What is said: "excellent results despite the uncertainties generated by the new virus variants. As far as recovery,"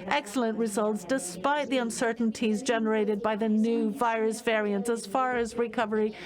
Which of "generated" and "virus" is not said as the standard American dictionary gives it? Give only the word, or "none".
none